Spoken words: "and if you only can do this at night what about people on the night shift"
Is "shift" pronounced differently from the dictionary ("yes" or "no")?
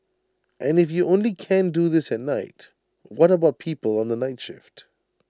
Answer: no